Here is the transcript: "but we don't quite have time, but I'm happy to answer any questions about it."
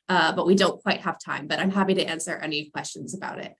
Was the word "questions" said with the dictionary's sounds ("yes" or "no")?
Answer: yes